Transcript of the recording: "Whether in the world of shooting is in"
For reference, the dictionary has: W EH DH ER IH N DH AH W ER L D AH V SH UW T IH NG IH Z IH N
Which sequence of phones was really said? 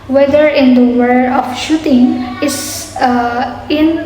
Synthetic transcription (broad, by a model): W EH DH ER IH N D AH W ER D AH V SH UW T IH NG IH S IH N